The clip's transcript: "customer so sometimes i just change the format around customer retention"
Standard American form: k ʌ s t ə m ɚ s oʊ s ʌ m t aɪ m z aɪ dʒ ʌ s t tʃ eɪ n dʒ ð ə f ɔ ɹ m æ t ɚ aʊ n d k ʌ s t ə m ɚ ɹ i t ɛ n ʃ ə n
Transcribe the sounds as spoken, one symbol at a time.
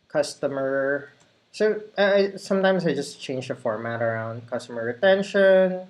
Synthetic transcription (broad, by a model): k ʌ s t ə m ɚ s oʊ s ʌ m t aɪ m s aɪ dʒ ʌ s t tʃ eɪ n dʒ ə f ɔ ɹ m æ t ɚ aʊ n d k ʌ s t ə m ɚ ɹ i t ɛ n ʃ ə n